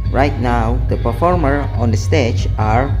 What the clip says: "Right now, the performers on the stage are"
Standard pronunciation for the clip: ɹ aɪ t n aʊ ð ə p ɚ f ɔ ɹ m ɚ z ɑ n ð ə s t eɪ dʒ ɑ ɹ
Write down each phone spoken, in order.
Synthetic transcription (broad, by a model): ɹ aɪ t n aʊ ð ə p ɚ f ɔ ɹ m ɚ ɑ n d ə s t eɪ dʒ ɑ ɹ